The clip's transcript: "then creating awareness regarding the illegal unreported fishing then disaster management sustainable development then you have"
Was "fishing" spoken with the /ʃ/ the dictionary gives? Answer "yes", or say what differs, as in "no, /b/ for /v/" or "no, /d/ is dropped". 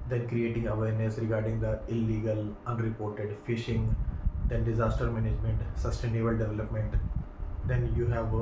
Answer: yes